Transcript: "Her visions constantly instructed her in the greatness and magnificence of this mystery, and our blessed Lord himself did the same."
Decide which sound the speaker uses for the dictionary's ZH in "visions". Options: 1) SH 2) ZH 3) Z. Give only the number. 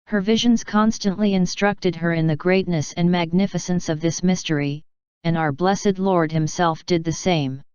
2